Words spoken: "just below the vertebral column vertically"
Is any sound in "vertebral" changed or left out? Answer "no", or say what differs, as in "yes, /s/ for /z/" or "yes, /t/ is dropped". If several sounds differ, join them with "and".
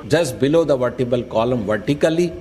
yes, /ɹ/ is dropped